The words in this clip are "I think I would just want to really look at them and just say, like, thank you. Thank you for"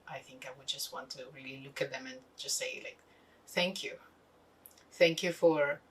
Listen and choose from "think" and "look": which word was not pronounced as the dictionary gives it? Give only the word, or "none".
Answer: none